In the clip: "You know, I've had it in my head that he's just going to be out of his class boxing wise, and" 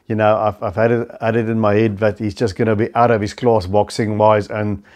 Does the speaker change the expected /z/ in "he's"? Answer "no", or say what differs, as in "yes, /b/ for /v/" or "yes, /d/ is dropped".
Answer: no